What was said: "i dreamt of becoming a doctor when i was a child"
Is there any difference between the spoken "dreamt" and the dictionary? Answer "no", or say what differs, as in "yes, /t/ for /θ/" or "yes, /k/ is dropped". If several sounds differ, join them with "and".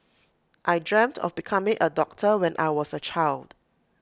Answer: no